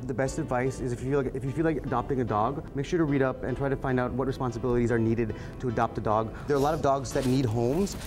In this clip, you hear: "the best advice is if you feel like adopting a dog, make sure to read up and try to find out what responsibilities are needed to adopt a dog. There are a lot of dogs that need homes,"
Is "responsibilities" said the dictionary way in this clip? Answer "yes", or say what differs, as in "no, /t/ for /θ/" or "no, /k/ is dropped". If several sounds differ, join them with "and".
yes